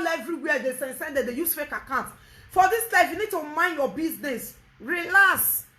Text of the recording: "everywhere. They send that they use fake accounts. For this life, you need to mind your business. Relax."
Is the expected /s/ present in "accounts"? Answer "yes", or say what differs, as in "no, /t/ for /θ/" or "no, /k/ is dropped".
no, /s/ is dropped